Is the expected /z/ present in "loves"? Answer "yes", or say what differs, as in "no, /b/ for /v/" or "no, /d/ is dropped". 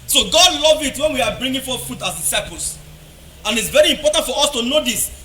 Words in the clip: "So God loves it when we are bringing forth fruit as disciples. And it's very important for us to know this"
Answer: no, /z/ is dropped